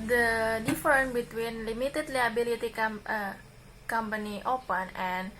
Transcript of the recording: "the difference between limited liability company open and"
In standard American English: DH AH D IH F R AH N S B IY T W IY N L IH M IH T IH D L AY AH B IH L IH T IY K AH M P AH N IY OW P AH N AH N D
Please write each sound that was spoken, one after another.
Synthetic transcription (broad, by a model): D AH D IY F R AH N B IY T W IY N L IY M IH T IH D L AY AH B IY L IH T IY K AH M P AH N IY OW P AH N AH N